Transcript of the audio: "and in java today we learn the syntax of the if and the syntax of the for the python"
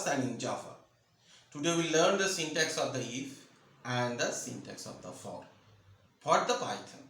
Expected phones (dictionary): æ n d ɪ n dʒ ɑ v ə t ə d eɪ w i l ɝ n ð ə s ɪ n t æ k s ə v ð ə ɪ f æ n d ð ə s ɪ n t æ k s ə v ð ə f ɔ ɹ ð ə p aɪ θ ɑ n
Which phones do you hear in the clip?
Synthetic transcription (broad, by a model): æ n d ɪ n dʒ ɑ f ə t ə d eɪ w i l ɝ n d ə s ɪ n t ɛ k s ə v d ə ɪ f æ n d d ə s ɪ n t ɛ k s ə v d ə f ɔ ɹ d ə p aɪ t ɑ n